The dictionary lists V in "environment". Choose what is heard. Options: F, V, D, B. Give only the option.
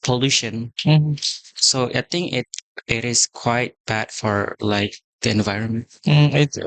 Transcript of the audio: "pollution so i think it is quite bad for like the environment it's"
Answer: V